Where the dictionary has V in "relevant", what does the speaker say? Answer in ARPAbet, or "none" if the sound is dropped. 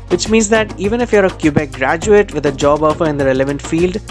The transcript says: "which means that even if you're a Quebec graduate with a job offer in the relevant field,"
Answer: V